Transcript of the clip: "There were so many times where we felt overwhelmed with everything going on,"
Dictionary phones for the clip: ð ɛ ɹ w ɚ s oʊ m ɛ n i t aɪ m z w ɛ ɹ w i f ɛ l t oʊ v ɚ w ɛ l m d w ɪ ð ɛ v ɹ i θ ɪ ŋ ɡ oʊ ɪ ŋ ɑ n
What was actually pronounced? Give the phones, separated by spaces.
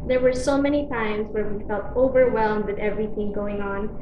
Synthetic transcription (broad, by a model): ð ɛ ɹ w ɚ s oʊ m ɛ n i t aɪ m z w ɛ ɹ w i f ɛ l t oʊ v ɚ w ɛ l m d w ɪ ð ɛ v ɹ i θ ɪ ŋ ɡ oʊ ɪ ŋ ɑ n